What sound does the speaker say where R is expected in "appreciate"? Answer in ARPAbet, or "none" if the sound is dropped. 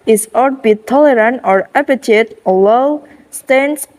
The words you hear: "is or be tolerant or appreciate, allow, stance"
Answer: none